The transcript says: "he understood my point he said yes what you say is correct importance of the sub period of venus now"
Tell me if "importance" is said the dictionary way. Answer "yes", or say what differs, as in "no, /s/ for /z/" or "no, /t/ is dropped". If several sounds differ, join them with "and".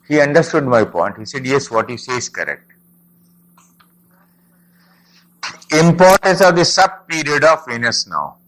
yes